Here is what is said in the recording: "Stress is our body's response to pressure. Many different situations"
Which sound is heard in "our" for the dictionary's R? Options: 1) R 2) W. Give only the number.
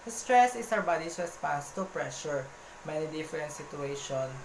2